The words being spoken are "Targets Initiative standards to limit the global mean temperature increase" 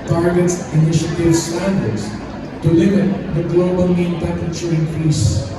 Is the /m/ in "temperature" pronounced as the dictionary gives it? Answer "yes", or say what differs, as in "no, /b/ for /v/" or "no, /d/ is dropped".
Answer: no, /m/ is dropped